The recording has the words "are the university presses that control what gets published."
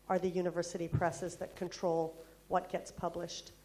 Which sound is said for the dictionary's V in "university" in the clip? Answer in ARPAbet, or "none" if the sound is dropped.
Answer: V